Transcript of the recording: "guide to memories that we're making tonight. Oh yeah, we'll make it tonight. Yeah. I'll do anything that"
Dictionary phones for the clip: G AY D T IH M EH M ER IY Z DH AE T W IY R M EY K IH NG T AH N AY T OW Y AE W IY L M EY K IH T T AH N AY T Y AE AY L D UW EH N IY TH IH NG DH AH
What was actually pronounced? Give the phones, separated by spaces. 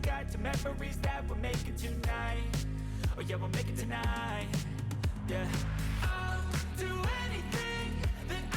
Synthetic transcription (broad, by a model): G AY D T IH M EH M ER IY Z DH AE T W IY L M EY K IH T AH N AY T OW Y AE W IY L M EY K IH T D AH N AY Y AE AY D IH EH N IY TH IH NG DH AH